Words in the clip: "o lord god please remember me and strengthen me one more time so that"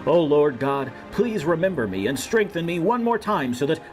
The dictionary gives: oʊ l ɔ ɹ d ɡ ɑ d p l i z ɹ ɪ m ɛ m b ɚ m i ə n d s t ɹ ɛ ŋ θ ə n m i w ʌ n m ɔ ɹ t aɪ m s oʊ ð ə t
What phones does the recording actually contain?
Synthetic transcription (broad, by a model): oʊ l ɔ ɹ d ɡ ɑ d p l i z ɹ ɪ m ɛ m b ɚ m i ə n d s t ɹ ɛ ŋ θ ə n m i w ʌ n m ɔ ɹ t aɪ m s oʊ ð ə t